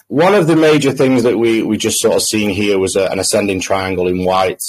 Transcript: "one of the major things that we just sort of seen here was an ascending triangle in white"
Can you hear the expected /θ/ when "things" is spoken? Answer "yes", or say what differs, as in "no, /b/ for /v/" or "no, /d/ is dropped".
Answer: yes